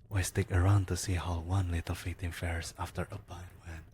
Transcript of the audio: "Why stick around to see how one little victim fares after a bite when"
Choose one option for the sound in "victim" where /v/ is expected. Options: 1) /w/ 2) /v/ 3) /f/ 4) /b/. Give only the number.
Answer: 3